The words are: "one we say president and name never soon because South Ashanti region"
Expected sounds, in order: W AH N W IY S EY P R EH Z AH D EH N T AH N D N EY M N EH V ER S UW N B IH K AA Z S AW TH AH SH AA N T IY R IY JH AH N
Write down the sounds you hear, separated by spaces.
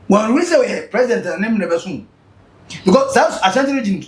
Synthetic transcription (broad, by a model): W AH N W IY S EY P R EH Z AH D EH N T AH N N EY M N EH B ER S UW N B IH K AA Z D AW S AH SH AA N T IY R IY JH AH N